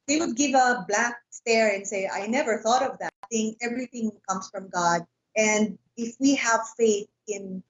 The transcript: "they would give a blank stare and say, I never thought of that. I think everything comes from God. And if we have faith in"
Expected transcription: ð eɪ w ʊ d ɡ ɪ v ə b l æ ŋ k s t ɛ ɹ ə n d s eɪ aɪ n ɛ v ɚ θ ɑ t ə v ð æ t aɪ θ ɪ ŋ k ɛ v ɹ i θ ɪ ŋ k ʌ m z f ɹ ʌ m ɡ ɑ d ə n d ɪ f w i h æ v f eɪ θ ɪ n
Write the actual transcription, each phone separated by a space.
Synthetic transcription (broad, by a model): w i w ʊ d ɡ ɪ v ə b l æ k s t ɛ ɹ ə n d s eɪ aɪ n ɛ v ɚ θ ɑ t ə v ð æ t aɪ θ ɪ ŋ k ɛ v ɹ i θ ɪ ŋ k ʌ m s f ɹ ʌ m ɡ ɑ d ə n d ɪ f w i h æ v f eɪ θ ɪ n